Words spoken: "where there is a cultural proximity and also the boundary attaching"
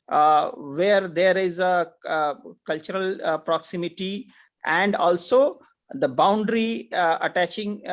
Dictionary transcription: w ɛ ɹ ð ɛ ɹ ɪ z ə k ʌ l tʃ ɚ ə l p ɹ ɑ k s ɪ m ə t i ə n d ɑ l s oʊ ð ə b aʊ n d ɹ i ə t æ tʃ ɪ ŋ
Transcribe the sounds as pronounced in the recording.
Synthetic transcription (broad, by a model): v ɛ ɹ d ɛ ɹ ɪ z ə k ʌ l tʃ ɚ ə l p ɹ ɑ k s ɪ m ə t i ə n d ɑ l s oʊ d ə b aʊ n d ɹ i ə t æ tʃ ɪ ŋ